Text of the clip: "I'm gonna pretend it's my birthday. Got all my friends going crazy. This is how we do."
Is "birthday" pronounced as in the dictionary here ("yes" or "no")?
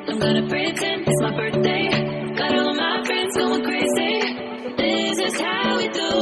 yes